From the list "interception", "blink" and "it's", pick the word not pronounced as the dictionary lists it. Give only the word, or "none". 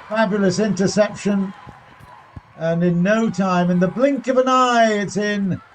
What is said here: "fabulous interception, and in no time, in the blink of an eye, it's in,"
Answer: none